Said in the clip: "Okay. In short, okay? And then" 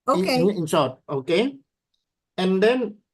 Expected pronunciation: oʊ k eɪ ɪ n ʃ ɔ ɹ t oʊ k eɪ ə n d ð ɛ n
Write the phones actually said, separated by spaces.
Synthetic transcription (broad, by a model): oʊ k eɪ ɪ n s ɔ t oʊ k eɪ ə n d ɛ n